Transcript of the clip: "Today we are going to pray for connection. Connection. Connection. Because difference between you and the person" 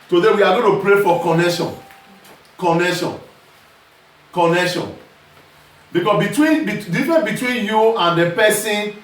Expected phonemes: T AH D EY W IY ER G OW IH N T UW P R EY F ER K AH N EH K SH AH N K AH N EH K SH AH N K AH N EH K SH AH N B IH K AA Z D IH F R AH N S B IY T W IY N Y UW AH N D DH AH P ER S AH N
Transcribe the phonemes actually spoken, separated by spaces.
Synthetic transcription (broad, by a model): T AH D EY W IY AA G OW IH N T UW P R EY F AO K AH N EH K SH AH N K AH N EH K SH AH N K AH N EH K SH AH N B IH K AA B D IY F R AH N B IY T W IY N Y UW AH N D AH P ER S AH N